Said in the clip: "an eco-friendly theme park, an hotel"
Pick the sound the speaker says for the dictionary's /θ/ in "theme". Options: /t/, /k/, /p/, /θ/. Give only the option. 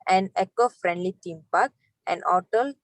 /t/